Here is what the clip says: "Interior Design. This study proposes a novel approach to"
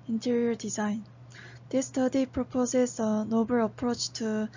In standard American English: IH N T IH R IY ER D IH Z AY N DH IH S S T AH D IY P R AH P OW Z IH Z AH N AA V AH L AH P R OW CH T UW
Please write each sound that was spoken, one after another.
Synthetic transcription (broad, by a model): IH N T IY R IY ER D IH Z AY N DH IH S S T AH D IY P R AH P OW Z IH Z AH N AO B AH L AH P R OW CH T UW